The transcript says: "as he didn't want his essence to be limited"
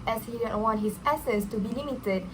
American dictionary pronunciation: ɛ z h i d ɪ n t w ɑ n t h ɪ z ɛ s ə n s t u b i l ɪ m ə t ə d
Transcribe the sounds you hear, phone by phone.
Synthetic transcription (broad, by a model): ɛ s h i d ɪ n w ɑ n t h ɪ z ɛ s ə s t u b i l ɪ m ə t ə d